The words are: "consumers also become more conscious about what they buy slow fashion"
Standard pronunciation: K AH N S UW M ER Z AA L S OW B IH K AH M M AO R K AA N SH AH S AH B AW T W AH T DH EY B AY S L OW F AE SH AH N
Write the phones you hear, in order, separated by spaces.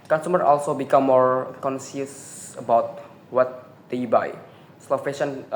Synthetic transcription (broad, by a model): K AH N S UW M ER AA L S OW B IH K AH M M AO R K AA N S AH S AH B AW T W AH T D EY B AY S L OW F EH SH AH N